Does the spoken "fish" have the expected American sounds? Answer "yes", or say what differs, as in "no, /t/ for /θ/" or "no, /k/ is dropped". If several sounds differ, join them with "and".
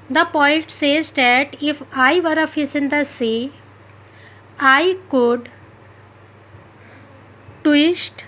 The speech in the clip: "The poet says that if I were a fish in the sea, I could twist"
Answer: no, /s/ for /ʃ/